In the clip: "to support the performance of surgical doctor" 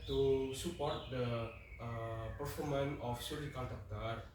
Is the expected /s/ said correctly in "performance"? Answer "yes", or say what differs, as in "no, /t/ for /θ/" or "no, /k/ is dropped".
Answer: no, /s/ is dropped